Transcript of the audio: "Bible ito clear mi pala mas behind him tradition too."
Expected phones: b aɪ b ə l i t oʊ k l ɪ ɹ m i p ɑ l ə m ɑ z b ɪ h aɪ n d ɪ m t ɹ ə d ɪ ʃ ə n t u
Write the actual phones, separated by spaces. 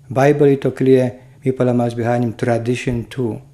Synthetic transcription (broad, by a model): b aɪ b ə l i t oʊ k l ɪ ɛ m i p ɑ l ə m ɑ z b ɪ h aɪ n ɪ m t ɹ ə d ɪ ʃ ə n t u